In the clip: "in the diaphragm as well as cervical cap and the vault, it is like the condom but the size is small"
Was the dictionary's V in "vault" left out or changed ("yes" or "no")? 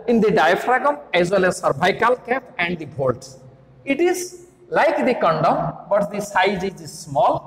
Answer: yes